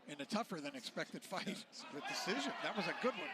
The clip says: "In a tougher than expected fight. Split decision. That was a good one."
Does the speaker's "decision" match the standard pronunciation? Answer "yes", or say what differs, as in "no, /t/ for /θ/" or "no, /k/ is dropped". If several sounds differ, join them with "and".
yes